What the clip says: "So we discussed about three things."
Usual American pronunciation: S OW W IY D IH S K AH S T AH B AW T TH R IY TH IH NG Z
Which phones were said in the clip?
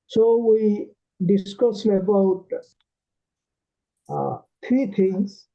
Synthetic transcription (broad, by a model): S OW W IY D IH S K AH S AH B AW T T R IY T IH NG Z